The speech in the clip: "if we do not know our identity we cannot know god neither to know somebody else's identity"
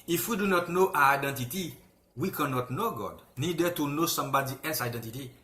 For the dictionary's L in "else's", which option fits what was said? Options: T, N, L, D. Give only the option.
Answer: N